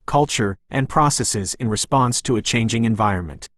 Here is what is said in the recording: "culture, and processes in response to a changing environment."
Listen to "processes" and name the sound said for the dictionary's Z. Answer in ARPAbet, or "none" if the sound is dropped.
Z